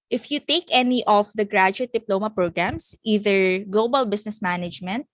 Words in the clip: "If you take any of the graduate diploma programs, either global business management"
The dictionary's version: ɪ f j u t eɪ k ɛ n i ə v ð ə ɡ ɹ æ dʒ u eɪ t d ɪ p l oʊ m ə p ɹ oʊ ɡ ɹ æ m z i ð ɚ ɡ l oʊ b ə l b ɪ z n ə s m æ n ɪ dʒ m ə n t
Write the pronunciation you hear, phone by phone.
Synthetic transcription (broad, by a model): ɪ f j u t eɪ k ɛ n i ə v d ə ɡ ɹ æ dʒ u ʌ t d ɪ p l oʊ m ə p ɹ oʊ ɡ ɹ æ m s i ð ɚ ɡ l oʊ b ə l b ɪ s n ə s m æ n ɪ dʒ m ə n t